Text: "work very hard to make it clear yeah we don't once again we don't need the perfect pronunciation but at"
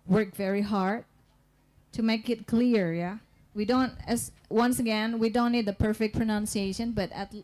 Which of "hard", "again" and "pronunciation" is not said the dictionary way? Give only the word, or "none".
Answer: none